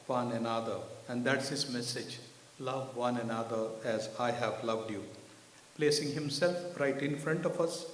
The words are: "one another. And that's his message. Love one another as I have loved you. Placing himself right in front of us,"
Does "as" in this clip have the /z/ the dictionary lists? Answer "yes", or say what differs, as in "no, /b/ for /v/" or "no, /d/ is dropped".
yes